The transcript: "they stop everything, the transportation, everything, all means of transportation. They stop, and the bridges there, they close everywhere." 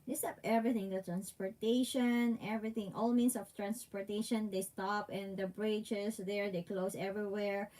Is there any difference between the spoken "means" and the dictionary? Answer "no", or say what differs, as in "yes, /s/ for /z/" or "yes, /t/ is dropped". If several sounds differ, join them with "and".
yes, /s/ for /z/